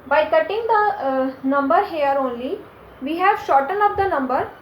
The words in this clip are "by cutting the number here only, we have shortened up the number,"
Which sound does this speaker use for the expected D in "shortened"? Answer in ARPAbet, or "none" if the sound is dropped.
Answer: none